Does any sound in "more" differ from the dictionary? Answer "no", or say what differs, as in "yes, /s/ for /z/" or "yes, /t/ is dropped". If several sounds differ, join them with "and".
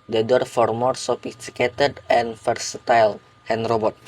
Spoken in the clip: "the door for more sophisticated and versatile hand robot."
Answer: no